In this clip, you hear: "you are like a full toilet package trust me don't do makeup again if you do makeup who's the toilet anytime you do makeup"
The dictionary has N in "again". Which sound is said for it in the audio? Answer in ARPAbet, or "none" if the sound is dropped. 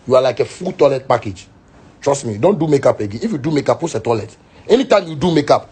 none